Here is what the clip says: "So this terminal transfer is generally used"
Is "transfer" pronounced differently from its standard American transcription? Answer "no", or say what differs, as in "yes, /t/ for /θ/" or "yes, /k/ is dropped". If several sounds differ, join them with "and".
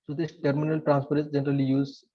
yes, /p/ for /f/